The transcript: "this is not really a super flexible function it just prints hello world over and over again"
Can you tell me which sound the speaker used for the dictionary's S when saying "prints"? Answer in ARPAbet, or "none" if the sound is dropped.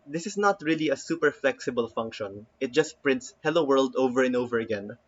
S